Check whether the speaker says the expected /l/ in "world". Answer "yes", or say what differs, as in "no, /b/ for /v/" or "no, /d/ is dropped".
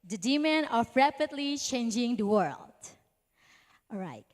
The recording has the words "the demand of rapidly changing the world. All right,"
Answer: yes